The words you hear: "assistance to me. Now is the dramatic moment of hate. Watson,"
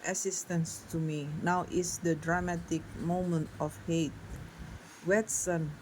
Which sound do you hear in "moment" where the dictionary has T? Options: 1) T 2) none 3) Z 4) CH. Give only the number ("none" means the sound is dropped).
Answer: 1